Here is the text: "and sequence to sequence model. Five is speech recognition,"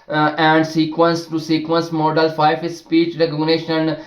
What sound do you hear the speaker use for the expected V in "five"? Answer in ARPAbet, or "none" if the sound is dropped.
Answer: none